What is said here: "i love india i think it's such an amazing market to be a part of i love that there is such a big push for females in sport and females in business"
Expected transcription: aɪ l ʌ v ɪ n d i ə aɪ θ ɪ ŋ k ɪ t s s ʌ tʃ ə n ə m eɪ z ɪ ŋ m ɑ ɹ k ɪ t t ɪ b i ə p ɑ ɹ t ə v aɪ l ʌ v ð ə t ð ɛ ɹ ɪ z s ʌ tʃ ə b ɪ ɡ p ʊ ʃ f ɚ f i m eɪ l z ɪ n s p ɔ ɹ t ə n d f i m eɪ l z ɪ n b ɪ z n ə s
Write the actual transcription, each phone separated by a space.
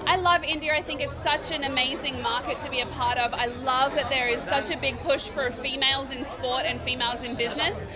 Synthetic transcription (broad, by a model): aɪ l ʌ v ɪ n d i ə aɪ θ ɪ ŋ k ɪ t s s ʌ tʃ ə n ə m eɪ z ɪ ŋ m ɑ ɹ k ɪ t t ɪ b i ə p ɑ ɹ t ə v aɪ l ʌ v ð ə t ð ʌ ɹ ɪ z s ʌ tʃ ə b ɪ ɡ p ʊ ʃ f ɚ f i m eɪ l z ɪ n s p ɔ ɹ t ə n f i m eɪ l z ɪ n b ɪ z n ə s